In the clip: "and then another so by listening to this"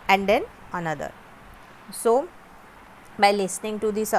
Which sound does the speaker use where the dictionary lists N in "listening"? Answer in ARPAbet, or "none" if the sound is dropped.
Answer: N